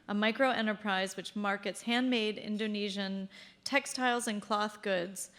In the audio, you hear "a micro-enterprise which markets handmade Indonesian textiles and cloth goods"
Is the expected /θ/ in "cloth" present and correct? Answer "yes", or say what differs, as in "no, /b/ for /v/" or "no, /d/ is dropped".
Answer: yes